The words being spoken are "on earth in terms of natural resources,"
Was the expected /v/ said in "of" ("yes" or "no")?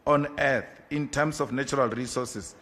no